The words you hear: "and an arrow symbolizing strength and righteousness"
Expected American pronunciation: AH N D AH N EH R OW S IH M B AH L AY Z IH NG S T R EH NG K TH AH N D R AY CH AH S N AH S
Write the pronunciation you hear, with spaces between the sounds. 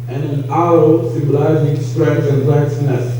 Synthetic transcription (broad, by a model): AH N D AH N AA OW S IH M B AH L AY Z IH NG S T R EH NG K S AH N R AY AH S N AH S